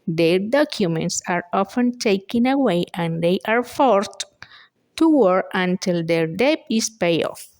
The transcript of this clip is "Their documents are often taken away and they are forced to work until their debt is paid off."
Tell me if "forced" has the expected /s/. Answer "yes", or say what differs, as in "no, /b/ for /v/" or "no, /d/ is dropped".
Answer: no, /s/ is dropped